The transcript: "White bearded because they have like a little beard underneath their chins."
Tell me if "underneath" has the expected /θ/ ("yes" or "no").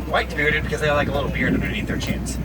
no